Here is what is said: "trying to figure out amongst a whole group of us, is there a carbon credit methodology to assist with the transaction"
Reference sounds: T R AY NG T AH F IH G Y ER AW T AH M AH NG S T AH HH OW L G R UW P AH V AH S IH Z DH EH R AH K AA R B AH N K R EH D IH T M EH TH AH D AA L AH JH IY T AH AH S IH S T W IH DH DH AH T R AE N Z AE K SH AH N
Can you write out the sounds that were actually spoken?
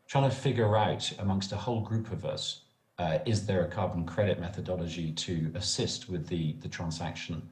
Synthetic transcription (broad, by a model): T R AY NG T AH F IH G Y ER AW T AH M AH NG S T AH HH OW L G R UW P AH V AH S IH Z DH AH R AH K AA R B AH N K R EH D IH T M EH TH AH D AA L AH JH IY T AH AH S IH S T W IH DH DH AH T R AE N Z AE K SH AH N